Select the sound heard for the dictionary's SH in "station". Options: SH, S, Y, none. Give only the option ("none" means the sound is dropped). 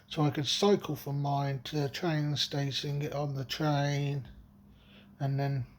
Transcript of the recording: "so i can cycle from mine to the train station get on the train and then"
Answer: S